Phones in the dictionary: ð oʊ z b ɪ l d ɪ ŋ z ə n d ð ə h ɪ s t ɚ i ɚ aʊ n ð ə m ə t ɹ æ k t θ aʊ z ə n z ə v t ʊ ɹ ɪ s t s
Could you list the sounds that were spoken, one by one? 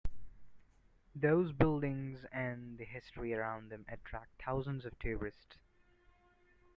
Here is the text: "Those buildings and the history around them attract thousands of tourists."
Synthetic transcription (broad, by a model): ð oʊ z b ɪ l d ɪ ŋ z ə n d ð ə h ɪ s t ɚ i ɚ aʊ n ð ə m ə t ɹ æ k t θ aʊ z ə n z ə v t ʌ ɹ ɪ s t s